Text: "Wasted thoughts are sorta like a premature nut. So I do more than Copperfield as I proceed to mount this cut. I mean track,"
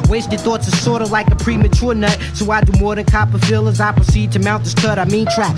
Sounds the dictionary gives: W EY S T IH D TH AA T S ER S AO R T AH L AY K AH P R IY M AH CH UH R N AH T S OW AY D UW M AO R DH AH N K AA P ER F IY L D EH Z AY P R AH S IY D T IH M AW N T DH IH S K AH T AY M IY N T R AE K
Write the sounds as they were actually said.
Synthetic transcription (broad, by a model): W EY S T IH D TH AA T S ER S AO R T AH L AY K AH P R IY M AH CH UH R N AH T S OW AY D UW M AO R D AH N K AA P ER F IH L AH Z AY P R AH S IY D T IH M AW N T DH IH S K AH T AY M IY N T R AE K